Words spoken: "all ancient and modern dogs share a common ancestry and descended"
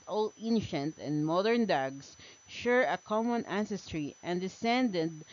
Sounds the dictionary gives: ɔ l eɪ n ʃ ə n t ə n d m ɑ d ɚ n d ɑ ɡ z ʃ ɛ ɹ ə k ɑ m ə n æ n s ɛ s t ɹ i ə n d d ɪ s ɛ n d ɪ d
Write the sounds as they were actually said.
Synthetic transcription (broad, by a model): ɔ l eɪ n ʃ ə n t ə n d m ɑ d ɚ n d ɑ ɡ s ʃ ɛ ɹ ə k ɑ m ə n æ n s ɛ s t ɹ i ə n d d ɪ s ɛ n d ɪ d